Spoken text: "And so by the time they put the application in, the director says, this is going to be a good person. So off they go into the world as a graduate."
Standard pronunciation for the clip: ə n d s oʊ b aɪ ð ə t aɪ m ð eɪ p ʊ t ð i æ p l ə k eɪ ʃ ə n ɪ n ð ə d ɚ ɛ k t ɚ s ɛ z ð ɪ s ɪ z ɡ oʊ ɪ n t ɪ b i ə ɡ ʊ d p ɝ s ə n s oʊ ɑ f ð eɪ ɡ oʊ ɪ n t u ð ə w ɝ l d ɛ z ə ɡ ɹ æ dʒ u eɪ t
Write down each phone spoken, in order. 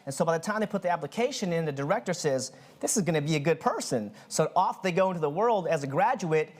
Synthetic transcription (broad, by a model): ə n s oʊ b aɪ ð ə t aɪ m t p ʊ t ð i æ p l ə k eɪ ʃ ə n ɪ n ð ə d ɚ ɛ k t ɚ s ɛ z ð ɪ s ɪ z ɡ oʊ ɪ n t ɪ b i ə ɡ ʊ d p ɝ s ə n s oʊ ɑ f ð eɪ ɡ oʊ ɪ n t u ð ə w ɝ l d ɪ z ə ɡ ɹ æ dʒ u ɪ t